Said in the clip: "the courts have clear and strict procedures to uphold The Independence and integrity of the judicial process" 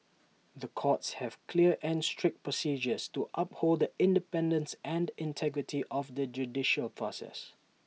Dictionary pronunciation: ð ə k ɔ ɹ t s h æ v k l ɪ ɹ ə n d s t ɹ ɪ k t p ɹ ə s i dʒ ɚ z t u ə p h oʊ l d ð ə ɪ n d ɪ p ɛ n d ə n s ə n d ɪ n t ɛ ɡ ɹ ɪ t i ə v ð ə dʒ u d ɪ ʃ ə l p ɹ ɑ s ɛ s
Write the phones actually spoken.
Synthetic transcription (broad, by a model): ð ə k ɔ t s h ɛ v k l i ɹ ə n s t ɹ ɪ k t p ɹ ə s i dʒ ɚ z t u ə p h oʊ l d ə ɪ n d ɪ p ɛ n d ə n s ə n d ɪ n t ɛ ɡ ɹ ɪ t i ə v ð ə dʒ u d ɪ ʃ ə l p ɹ ɑ s ɛ s